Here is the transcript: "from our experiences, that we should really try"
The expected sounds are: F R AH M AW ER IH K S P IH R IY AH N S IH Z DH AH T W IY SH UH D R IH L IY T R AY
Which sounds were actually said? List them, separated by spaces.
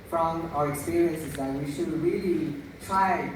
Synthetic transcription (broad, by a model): F R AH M AW ER IH K S P IH R IY AH N S IH Z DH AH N W IY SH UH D R IH L IY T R AY